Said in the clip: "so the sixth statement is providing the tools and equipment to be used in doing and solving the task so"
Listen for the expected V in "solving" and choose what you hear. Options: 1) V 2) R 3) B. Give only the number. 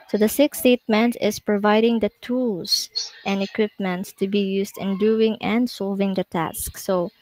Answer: 1